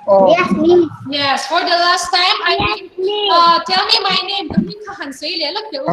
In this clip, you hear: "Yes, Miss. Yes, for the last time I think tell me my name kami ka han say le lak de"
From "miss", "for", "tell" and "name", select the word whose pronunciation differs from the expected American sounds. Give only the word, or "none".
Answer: miss